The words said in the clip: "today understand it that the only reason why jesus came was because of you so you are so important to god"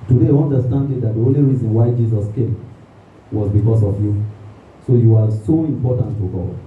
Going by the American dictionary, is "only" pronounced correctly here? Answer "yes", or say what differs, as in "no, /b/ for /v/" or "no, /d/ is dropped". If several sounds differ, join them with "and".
yes